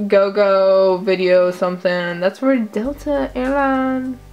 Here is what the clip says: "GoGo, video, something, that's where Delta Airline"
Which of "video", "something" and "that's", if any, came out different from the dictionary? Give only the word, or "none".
none